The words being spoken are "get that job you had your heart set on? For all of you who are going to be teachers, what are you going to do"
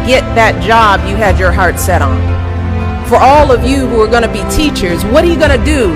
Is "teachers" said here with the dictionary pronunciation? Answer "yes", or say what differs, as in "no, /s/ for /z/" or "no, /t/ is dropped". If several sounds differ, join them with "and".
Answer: yes